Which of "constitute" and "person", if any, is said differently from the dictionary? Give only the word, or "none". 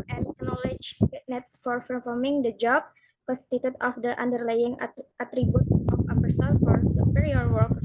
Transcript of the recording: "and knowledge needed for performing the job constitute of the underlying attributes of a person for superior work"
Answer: person